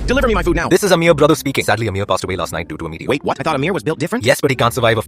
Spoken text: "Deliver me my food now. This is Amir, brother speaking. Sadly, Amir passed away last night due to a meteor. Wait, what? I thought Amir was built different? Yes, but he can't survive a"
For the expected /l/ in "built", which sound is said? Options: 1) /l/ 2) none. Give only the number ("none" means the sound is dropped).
1